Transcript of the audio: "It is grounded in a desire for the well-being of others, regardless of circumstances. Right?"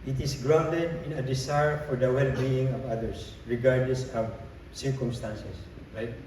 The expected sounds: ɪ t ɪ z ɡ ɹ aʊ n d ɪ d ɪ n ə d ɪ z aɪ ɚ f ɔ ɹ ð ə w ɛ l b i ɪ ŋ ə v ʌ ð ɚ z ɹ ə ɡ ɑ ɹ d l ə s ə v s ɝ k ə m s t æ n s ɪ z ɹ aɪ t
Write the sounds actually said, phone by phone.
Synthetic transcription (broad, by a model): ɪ t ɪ s ɡ ɹ aʊ n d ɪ d ɪ n ə d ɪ s aɪ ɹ f ɔ ɹ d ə w ɛ l b i ɪ ŋ ə v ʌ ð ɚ s ɹ ə ɡ ɑ ɹ d l ə s ə v s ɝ k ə m s t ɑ n s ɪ s ɹ aɪ t